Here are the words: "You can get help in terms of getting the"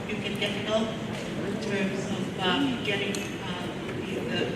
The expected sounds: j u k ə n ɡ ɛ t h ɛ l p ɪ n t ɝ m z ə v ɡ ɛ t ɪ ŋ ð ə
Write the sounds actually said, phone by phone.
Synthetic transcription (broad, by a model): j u k ə n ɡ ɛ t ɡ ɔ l ɪ n t ɝ m z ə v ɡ ɛ t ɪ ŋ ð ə